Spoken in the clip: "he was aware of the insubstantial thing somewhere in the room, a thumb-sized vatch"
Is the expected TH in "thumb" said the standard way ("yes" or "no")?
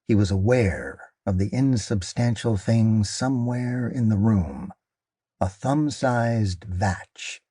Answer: yes